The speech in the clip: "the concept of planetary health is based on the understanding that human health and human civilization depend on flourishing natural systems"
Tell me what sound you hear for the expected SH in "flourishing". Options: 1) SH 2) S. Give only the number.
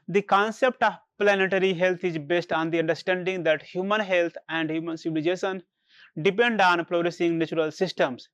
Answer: 2